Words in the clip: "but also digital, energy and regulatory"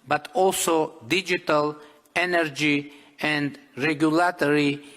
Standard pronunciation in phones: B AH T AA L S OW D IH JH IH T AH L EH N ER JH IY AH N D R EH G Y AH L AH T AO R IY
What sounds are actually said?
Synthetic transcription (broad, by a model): B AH T AA L S OW D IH JH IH T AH L EH N ER JH IY AH N D R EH G Y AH L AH T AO R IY